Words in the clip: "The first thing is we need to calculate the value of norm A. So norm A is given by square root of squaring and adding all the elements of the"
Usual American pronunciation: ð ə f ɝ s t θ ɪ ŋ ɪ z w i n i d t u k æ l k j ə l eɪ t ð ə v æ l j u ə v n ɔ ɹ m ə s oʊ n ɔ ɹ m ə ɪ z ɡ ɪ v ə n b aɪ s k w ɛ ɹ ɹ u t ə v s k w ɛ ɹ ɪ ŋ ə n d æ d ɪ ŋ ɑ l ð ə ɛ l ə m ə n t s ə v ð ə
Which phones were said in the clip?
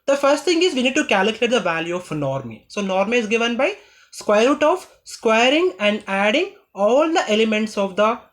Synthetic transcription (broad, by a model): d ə f ɝ s t t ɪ ŋ ɪ z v i n i d t u k æ l k j ə l eɪ t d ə v æ l j u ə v n ɔ ɹ m ə s oʊ n ɔ ɹ m ə ɪ z ɡ ɪ v ə n b aɪ s k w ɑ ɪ ɹ u t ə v s k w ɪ ɹ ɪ ŋ ə n d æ d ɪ ŋ ɑ l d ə ɛ l ə m ə n t s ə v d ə